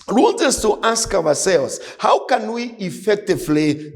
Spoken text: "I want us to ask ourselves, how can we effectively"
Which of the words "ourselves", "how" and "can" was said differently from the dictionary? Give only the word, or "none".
ourselves